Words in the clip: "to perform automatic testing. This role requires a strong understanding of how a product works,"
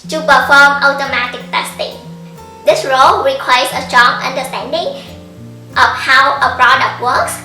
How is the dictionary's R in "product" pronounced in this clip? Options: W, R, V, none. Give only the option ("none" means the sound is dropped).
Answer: R